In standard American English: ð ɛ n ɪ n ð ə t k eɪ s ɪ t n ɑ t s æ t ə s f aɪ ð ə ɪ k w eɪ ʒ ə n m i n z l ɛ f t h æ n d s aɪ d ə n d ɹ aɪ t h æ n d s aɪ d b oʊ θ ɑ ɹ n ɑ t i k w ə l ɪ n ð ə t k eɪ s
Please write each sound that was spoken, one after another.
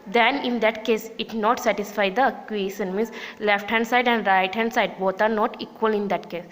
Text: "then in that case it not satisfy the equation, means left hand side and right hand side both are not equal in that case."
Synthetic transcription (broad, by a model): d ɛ n ɪ n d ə t k eɪ s ɪ t n ɑ t s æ t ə s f aɪ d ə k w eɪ ʃ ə n m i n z l ɛ f t h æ n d s aɪ d ə n d ɹ aɪ t h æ n d s aɪ d b oʊ t ɑ ɹ n ɑ t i k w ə l ɪ n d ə t k eɪ s